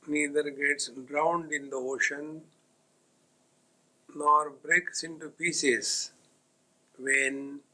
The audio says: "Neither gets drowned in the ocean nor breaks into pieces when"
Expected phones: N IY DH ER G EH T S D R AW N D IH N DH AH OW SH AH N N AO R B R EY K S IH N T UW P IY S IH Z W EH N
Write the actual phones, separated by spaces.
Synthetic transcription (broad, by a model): N IY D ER G EH T S D R AW N D IH N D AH OW SH AH N N AO R B R EY K S IH N T UW P IY S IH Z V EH N